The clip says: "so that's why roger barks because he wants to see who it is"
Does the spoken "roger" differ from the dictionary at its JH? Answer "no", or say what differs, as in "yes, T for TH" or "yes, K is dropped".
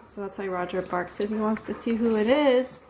no